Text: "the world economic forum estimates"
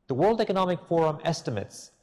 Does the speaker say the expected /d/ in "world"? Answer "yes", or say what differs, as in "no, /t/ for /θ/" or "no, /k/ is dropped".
yes